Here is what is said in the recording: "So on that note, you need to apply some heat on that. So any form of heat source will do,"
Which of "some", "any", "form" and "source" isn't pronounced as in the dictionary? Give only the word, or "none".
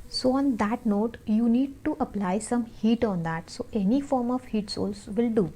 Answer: source